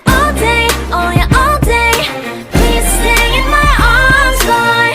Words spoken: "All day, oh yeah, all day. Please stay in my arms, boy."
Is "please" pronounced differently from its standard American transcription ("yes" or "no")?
yes